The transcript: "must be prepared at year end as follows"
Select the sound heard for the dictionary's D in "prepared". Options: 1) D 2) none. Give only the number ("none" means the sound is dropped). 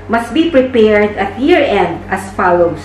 1